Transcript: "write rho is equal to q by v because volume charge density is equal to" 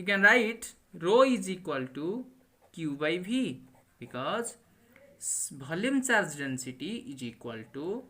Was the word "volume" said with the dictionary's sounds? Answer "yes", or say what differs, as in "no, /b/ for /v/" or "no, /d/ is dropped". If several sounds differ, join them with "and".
no, /b/ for /v/